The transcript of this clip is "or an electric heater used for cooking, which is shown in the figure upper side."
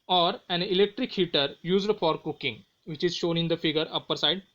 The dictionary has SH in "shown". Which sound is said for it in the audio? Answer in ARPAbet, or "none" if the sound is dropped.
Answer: SH